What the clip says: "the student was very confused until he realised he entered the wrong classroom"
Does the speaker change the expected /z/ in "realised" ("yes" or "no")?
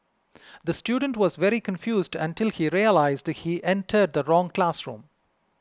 no